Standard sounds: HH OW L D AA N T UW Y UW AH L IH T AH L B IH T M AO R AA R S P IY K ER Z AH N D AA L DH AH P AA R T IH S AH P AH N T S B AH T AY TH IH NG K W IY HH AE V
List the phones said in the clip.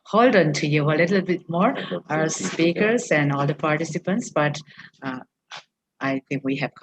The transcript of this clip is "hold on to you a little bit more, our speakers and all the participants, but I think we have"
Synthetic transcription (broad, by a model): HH OW L D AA N T UW Y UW AH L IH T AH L B IH T M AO AA R S P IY K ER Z AH N D AA L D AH P AA R T IH S AH P AH N T S B AH T AY T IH NG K W IY HH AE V